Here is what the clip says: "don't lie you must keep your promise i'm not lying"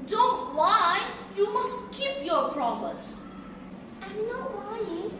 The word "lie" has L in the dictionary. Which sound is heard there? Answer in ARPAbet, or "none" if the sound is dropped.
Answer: W